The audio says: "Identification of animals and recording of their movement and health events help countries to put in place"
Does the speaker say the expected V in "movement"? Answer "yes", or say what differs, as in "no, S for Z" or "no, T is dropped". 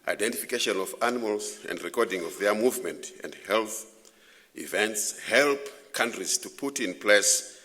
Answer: yes